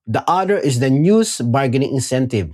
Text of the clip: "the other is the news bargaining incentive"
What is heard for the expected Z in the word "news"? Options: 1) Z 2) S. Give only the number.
2